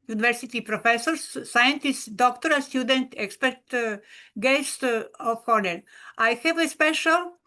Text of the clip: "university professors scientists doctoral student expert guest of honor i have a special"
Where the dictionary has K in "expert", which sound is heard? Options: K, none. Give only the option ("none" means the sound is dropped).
K